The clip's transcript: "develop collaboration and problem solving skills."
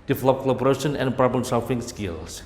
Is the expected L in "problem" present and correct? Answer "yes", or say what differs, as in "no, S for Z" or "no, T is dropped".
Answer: no, L is dropped